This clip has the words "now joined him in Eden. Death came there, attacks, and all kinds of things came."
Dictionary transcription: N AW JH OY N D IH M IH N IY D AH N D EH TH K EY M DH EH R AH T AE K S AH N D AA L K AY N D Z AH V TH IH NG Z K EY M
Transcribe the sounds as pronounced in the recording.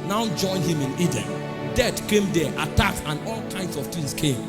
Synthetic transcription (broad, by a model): N AW JH OY N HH IH M IH N IY D AH N D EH T K EY M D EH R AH T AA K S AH N AA L K AY N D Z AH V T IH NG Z K EY M